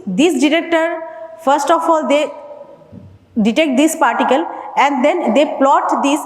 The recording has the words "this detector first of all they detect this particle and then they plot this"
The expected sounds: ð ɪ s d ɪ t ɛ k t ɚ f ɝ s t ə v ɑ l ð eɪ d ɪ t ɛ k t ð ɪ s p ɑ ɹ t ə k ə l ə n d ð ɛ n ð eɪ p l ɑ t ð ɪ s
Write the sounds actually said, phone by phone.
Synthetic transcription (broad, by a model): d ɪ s d ɪ t ɛ k t ɚ f ɝ s t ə f ɑ l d eɪ d ɪ t ɛ k t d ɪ s p ɑ ɹ t ə k ə l ə n d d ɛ n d eɪ p l ɑ t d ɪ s